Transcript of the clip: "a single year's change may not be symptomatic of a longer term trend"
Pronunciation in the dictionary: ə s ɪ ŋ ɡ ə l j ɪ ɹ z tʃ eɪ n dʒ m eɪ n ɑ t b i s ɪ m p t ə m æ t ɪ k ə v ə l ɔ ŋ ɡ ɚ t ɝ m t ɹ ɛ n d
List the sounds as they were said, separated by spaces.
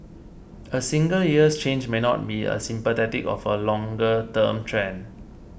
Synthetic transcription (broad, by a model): ə s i ŋ ɡ ə l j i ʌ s tʃ eɪ n dʒ m eɪ n ɑ t b i s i m p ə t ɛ t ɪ k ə f ə l ɔ ŋ ɡ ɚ t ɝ m t ɹ ɛ n